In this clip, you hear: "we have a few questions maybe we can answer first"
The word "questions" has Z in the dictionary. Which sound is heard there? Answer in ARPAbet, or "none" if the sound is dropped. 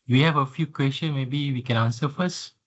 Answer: none